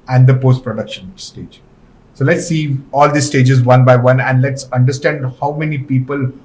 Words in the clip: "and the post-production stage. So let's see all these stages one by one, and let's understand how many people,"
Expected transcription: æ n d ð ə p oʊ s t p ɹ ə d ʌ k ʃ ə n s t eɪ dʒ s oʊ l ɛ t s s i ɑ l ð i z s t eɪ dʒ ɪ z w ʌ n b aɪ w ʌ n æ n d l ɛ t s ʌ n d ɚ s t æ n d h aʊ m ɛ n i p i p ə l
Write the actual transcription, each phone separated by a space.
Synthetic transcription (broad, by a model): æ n d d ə p oʊ s t p ɹ ə d ʌ k ʃ ə n s t eɪ dʒ s oʊ l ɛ t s s i ɑ l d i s s t eɪ dʒ ɪ z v ʌ n b aɪ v ʌ n æ n d l ɛ t s ʌ n d ɚ s t æ n d h aʊ m ɛ n i p i p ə l